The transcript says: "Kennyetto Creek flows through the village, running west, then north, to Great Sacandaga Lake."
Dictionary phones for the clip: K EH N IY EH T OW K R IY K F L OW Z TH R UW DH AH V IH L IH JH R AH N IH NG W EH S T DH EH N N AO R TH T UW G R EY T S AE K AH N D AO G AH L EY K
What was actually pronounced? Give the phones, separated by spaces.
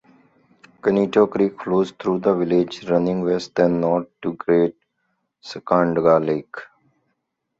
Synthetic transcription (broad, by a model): K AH N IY T OW K R IY K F L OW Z T R UW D AH V IH L IH JH R AH N IH NG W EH S T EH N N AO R T UW G R EY T S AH K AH N D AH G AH L EY K